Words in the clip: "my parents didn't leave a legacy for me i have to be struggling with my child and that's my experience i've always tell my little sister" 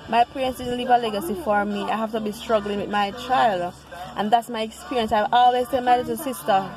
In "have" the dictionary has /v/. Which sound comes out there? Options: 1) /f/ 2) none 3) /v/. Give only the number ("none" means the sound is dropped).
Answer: 1